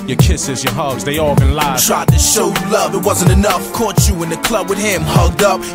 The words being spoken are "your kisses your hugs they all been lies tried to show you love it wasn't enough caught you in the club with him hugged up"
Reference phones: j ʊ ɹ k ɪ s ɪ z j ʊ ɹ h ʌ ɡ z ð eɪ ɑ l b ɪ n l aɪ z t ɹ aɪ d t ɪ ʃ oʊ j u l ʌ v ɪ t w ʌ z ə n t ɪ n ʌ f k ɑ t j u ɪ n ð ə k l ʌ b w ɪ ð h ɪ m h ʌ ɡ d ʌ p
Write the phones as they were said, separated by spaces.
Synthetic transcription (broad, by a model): j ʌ ɹ k ɪ s ɪ z j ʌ ɹ h ʌ ɡ z ð eɪ ɑ l b ɪ n l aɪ t ɹ aɪ d t ɪ ʃ oʊ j l ʌ v ɪ t w ʌ z ə n t ɪ n ʌ f k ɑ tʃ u ɪ n ð ə k l ʌ b w ɪ ð h ɪ m h ʌ ɡ d ʌ p